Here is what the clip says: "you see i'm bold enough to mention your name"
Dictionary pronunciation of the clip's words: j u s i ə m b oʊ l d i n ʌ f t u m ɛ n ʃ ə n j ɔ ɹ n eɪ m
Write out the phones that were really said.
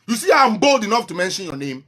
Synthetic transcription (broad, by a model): j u s i ə m b oʊ l d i n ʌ f t u m ɛ n ʃ ə n j ɔ n eɪ m